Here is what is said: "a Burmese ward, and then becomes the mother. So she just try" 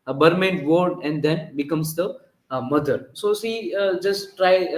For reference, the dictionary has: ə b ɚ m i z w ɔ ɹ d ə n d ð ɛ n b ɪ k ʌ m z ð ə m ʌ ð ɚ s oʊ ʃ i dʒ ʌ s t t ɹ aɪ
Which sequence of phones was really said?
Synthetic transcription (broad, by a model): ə b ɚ m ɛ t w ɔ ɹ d ə n d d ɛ n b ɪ k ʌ m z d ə m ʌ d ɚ s oʊ s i dʒ ʌ s t t ɹ aɪ